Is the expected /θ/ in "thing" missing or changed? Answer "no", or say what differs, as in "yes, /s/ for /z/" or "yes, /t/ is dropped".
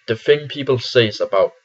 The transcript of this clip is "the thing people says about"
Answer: yes, /f/ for /θ/